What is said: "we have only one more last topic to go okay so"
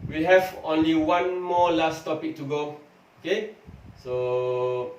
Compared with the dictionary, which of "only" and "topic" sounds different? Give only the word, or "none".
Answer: none